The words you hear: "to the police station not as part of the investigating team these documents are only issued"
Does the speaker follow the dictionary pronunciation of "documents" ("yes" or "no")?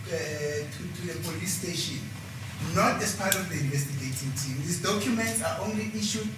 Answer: yes